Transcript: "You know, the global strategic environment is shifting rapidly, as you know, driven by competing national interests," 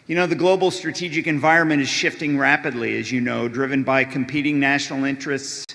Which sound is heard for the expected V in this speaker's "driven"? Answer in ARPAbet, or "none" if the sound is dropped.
V